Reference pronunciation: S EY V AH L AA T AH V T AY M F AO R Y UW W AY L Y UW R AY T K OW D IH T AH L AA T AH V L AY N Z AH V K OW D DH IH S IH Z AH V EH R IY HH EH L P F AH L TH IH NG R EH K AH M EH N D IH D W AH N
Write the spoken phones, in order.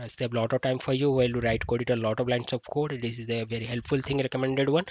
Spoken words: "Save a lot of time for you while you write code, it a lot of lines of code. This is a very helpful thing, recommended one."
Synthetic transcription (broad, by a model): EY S AH L AA T AH V T AY M F AO R Y UW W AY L Y UW R AY T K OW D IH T AH L AA T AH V L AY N S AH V K OW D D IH S IH Z AH V EH R IY HH EH L P F AH L T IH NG R EH K AH M EH N D IH D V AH N